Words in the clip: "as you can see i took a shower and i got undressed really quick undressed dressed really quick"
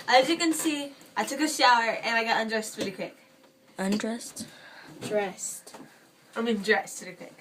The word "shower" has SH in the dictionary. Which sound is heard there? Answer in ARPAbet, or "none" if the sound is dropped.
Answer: SH